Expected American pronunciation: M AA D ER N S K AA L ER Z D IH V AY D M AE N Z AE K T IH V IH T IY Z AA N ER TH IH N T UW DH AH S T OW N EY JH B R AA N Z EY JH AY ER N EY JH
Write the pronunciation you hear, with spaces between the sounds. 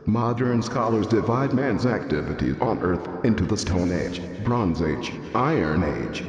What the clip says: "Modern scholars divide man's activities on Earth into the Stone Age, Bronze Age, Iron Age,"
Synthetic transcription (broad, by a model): M AA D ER N S K AA L ER Z D IH V AY D M AE N Z AE K T IH V IH T IY Z N ER TH IH N T UW DH AH S T OW N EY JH B R AA N Z EY JH AY ER N EY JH